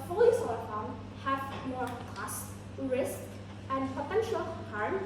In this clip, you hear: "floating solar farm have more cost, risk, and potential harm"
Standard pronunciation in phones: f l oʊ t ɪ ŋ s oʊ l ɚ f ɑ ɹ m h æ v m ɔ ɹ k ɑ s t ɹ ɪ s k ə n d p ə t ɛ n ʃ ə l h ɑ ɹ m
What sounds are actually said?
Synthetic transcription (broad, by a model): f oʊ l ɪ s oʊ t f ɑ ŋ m h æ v m ɔ ɹ k ɑ s t ɹ ɪ s k ə n d p ə t ɛ n ʃ ə l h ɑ ɹ m